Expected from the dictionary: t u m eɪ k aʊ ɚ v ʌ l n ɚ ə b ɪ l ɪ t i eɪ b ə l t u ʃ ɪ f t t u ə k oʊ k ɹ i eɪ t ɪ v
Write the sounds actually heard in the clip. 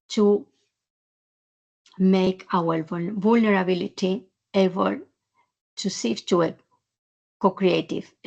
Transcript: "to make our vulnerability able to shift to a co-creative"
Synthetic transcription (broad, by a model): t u m eɪ k aʊ ɚ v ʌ l n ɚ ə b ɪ l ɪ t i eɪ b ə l t u s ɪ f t t u ə k oʊ k ɹ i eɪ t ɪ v